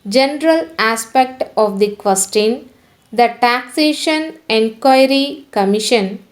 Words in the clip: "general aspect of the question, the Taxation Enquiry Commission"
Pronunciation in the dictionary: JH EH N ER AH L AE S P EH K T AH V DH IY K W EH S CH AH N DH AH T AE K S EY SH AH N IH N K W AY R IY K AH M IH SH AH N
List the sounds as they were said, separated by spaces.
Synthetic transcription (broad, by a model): JH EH N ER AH L AE S P EH K T AH V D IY K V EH S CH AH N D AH T AE K S EY SH AH N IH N K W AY R IY K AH M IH SH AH N